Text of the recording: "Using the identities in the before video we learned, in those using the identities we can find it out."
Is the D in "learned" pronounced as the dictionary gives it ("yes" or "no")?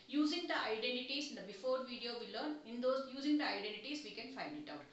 no